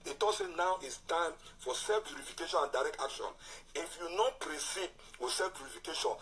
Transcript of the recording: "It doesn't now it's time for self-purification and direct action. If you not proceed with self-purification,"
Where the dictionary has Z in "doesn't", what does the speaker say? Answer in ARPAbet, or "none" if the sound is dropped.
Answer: S